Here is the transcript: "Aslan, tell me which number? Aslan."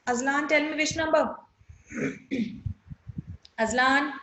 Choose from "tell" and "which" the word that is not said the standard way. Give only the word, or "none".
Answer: which